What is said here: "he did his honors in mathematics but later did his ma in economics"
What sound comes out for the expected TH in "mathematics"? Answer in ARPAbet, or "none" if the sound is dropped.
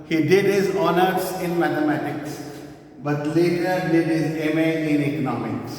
T